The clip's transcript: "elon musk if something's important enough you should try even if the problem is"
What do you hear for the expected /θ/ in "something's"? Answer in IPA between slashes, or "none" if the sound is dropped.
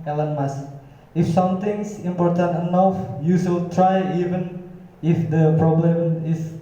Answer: /t/